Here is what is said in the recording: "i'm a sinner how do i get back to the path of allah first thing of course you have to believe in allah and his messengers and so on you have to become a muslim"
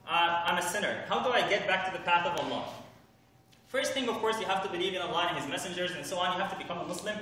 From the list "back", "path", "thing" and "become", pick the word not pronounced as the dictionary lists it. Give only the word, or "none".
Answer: none